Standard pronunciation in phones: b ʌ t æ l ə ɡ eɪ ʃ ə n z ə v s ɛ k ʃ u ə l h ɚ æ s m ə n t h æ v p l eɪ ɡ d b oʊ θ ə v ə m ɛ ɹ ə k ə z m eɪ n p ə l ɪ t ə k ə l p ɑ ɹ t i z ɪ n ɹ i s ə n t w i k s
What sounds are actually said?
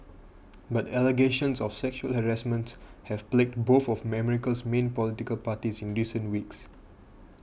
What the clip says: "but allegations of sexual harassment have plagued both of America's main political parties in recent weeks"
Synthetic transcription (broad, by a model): b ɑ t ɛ l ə ɡ eɪ ʃ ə n s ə f s ɛ k ʃ u ə l h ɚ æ s m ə n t h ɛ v p l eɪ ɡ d b oʊ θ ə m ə m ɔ ɹ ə k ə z m eɪ n p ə l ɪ t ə k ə l p ɑ t i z ɪ n ɹ i s ə n t w i k s